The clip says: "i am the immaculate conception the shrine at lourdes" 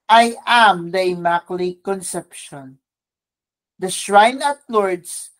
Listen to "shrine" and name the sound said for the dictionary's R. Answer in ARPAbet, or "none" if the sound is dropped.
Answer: R